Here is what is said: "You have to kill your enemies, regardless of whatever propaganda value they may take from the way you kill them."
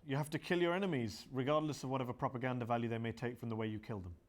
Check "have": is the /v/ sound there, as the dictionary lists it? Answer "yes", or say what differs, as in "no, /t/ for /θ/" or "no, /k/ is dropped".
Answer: no, /f/ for /v/